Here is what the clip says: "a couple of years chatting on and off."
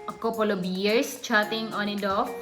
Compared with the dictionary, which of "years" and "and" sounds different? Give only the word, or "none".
years